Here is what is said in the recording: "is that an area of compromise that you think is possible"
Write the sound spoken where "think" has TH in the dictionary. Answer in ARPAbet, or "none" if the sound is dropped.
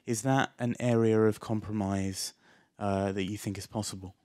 TH